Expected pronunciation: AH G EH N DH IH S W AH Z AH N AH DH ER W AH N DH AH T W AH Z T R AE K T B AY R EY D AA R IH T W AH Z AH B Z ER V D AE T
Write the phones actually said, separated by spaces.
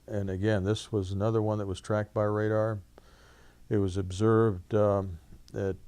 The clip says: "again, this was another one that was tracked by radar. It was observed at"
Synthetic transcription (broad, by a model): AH G EH N DH IH S W AH Z AH N AH DH ER W AH N DH AH T W AH Z T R AE K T B AY R EY D AA R IH T W AH Z AH B Z ER V D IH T